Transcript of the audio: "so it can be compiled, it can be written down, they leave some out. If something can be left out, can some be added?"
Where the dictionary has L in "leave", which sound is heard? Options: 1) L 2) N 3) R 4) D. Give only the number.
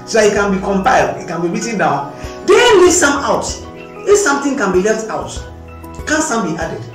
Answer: 2